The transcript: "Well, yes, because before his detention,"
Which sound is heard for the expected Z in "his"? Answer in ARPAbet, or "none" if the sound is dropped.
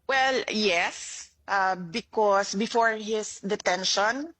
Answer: S